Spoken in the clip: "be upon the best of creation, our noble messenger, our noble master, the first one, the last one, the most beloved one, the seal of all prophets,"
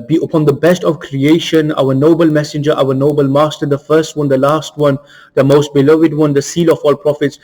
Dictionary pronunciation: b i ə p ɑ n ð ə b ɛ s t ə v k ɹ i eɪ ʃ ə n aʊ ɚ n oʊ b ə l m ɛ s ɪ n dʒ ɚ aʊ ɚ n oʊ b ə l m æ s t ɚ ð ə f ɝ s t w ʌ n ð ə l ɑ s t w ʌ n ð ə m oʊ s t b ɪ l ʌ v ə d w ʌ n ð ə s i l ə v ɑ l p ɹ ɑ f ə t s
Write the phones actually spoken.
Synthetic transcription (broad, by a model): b i ə p ɑ n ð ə b ɛ s t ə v k ɹ i eɪ ʃ ə n aʊ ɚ n oʊ b ə l m ɛ s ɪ n dʒ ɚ aʊ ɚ n oʊ b ə l m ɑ s t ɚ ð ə f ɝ s t w ʌ n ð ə l ɑ s t w ʌ n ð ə m oʊ s t b ɪ l ʌ v ə d w ʌ n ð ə s i l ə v ɑ l p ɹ ɑ f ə t s